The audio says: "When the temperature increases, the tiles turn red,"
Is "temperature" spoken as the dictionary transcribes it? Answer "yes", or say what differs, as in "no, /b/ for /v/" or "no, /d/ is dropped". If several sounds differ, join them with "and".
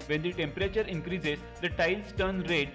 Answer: yes